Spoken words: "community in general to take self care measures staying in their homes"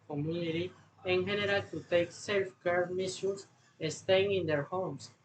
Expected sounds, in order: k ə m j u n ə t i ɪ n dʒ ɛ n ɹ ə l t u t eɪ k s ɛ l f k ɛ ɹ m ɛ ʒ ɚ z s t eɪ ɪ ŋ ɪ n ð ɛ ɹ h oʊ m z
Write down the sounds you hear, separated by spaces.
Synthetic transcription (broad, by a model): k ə m j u n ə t i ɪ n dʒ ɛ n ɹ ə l t u t eɪ k s ɛ l f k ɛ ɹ m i s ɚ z s t eɪ ɪ ŋ ɪ n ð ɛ ɹ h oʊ m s